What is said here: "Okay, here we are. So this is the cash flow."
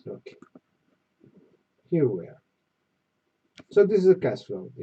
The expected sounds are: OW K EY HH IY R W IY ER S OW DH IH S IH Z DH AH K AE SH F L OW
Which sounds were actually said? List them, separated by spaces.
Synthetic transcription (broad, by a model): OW K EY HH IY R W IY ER S OW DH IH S IH Z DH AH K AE S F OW